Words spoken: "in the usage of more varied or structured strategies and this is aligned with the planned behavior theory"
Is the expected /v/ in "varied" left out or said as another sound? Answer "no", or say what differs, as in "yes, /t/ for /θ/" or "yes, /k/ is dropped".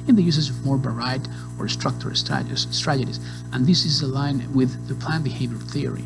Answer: yes, /b/ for /v/